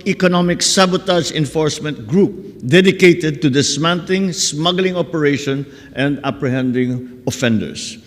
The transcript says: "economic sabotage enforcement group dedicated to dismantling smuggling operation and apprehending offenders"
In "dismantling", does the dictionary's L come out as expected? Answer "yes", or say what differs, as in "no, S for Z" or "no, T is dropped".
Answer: no, L is dropped